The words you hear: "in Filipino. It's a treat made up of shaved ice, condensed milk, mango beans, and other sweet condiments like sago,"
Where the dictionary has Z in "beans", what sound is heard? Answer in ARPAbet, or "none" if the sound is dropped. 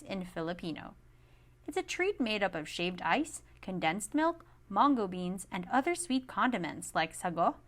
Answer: Z